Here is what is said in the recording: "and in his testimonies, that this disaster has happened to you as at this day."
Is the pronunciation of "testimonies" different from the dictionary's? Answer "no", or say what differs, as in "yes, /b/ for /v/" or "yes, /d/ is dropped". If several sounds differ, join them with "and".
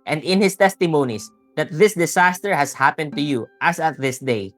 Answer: yes, /s/ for /z/